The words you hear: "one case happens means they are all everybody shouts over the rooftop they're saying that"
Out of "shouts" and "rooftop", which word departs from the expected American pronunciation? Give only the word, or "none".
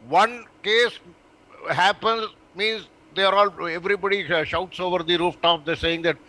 none